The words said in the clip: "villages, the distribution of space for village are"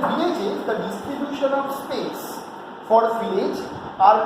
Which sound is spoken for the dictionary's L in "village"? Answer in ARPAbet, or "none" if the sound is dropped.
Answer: none